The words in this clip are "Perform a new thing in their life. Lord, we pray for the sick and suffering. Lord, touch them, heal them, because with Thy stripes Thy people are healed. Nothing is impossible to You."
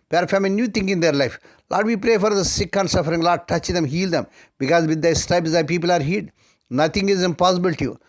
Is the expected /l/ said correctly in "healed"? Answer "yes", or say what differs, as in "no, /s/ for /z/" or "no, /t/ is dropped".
no, /l/ is dropped